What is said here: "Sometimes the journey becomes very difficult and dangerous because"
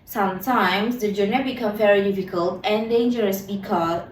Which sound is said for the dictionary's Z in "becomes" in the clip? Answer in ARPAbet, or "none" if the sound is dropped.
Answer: none